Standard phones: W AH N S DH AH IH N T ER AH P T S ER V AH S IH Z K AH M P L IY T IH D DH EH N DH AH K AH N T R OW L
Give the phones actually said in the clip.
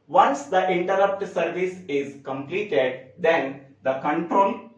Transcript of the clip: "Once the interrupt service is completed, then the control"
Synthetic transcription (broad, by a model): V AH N S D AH IH N T ER AH P T S ER V AH S IH Z K AH M P L IY T IH D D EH N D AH K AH N T R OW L